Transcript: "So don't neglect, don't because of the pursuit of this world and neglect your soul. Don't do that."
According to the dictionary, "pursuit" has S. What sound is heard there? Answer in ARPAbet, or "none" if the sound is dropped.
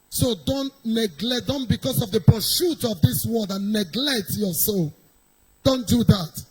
SH